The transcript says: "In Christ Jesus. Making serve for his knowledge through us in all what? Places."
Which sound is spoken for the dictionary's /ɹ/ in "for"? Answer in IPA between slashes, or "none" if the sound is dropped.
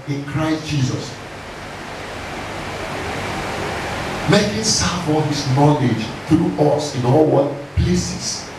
/l/